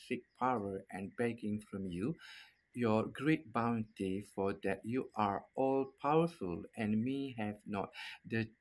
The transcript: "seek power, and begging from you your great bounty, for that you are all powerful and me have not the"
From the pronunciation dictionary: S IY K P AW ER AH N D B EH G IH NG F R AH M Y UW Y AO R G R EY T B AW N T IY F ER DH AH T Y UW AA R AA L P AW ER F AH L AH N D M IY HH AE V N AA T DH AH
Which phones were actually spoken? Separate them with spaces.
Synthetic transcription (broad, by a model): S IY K P AW ER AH N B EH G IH NG F R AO M Y UW Y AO G R EY T B AW N T IY F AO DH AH T Y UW AA R AA L P AW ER F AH L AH N M IY HH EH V N AA T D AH